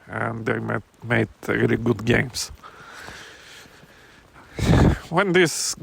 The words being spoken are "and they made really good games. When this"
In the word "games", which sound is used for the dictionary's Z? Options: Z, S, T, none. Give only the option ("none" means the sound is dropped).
S